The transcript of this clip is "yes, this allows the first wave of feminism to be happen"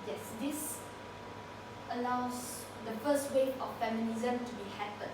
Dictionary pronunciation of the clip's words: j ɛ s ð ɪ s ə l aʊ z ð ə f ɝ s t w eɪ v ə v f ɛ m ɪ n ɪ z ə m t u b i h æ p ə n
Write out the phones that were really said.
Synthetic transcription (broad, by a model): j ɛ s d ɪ s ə l aʊ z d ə f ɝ s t w eɪ ə f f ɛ m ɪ n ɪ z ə m t u b i h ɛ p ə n